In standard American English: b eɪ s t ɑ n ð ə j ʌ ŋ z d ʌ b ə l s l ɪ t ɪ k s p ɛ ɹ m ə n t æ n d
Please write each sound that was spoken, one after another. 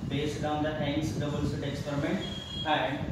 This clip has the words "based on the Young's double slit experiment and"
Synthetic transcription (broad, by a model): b eɪ s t ɑ n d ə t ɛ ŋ s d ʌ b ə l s ɪ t ɪ k s p ɛ ɹ m ə n t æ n d